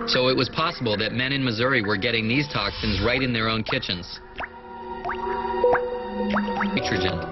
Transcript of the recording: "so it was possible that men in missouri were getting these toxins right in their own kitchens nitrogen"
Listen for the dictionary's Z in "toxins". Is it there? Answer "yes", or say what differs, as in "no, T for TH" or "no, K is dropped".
yes